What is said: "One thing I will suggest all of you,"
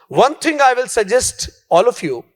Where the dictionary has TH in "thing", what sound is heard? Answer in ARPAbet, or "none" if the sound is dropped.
T